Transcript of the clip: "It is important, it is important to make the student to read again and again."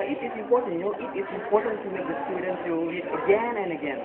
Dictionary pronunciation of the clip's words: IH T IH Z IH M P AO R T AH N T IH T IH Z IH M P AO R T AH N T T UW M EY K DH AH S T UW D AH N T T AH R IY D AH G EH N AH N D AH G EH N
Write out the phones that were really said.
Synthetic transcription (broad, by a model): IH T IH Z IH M P AO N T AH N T IH T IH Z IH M P AO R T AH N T T UW M EY K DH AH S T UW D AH N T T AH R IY AH G EH N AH N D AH G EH N